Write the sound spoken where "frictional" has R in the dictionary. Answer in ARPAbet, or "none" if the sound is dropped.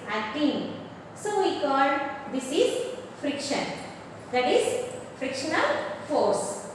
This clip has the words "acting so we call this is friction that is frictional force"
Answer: R